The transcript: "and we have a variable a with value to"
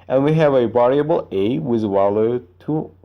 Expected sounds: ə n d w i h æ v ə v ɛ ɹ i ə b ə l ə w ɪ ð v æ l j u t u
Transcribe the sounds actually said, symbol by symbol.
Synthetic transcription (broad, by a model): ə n w i h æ v ə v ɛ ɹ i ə b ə l ə w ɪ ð w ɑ l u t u